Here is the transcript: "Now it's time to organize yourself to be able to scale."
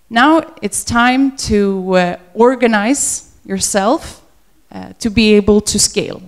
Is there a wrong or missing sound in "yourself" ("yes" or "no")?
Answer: no